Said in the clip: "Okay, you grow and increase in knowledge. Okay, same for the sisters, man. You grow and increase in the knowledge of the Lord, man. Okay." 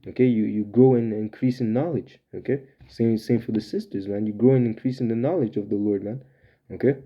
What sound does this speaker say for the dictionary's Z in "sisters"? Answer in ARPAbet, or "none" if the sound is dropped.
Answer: Z